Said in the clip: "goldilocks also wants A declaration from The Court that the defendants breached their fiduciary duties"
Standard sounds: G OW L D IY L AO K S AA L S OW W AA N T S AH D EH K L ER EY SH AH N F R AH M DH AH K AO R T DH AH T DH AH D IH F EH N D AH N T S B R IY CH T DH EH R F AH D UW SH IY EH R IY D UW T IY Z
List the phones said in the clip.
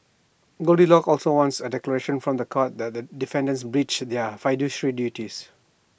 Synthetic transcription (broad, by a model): G OW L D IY L AO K AA L S OW W AA N T S AH D EH K L ER EY SH AH N F R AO M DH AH K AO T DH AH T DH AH D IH F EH N D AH N S B R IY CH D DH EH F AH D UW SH R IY D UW T IY S